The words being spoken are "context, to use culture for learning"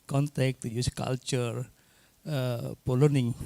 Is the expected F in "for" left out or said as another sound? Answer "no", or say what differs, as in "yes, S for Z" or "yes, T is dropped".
yes, P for F